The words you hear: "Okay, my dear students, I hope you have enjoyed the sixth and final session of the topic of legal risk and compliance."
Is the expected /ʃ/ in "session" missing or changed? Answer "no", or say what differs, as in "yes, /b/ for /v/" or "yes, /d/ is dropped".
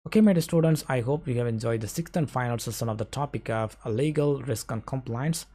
yes, /s/ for /ʃ/